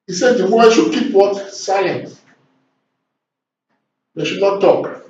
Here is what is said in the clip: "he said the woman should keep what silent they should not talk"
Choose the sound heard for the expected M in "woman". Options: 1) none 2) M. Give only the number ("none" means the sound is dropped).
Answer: 1